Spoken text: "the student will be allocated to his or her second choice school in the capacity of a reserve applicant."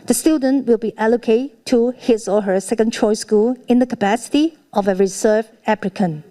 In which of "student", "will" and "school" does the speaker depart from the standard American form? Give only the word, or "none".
none